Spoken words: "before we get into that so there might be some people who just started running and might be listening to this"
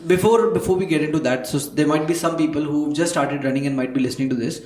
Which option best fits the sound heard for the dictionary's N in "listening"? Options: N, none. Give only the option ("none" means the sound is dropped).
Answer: N